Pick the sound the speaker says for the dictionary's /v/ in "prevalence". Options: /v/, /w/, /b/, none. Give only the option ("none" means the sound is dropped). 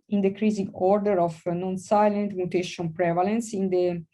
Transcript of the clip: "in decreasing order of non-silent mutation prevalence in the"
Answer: /v/